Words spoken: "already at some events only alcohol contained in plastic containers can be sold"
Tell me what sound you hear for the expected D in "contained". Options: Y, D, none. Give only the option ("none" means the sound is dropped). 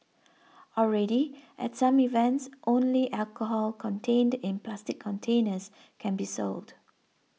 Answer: D